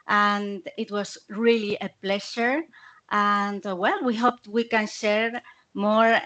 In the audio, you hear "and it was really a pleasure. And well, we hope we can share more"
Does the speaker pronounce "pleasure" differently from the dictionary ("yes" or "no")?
yes